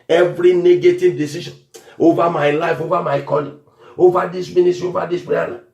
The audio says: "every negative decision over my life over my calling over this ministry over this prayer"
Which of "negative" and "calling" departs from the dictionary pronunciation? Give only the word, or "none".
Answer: calling